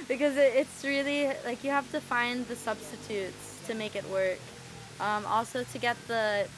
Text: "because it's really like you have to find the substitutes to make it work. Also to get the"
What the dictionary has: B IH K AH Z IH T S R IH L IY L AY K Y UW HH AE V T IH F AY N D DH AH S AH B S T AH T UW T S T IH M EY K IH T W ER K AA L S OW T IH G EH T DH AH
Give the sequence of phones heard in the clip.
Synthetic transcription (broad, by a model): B IH K AH Z IH T S R IH L IY L AY K Y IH HH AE F T IH F AY N DH AH S AH B S T AH T UW T S T IH M EY K IH T W ER K AA L S OW T IH G EH T DH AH